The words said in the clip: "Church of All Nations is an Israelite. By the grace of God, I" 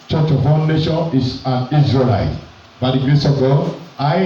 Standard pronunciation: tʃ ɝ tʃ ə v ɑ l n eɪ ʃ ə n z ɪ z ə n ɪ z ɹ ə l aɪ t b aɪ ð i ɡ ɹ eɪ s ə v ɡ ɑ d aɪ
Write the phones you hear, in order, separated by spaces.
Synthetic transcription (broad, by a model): tʃ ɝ tʃ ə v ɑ n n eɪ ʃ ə n ɪ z ə n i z ɹ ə l aɪ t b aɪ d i ɡ ɹ eɪ s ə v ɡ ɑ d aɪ